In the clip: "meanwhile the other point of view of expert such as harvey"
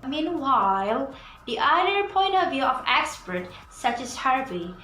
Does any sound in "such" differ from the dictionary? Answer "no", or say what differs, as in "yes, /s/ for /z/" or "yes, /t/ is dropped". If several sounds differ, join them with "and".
no